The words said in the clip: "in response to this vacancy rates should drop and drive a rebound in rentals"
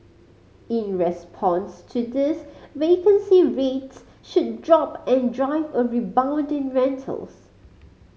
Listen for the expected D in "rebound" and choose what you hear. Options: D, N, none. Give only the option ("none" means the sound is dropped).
D